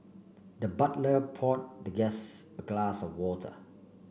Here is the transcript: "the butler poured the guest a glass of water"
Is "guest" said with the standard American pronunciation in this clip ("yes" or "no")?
no